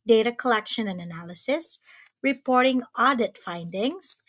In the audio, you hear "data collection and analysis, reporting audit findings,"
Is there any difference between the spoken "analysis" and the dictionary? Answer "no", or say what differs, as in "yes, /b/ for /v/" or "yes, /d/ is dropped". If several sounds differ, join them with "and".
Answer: no